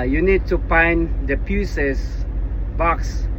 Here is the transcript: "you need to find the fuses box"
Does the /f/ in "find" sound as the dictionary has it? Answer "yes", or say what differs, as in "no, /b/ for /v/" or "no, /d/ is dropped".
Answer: no, /p/ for /f/